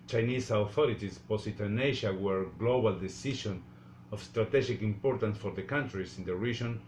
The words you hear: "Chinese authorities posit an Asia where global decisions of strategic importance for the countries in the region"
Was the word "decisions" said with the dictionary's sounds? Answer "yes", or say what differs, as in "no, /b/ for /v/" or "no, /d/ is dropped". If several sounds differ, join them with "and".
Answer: no, /ʃ/ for /ʒ/ and /z/ is dropped